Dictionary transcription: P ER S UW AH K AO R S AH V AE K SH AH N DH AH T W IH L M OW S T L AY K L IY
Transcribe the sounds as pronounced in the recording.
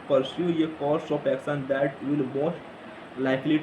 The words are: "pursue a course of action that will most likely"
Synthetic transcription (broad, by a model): P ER S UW AH K AO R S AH P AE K S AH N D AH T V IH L M OW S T L AY K L IY